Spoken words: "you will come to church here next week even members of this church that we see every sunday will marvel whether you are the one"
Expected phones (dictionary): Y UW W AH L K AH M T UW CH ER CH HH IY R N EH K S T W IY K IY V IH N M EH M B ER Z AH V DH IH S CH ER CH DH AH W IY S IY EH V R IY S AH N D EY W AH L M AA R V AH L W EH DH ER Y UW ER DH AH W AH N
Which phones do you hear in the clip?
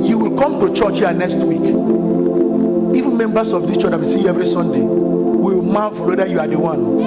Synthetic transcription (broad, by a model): Y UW W AH L K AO M T UW CH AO CH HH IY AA N EH K S T W IY K IY V IH N M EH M B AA S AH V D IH CH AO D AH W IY S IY EH V R IY S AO N D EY W AH L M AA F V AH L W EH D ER Y UW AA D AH W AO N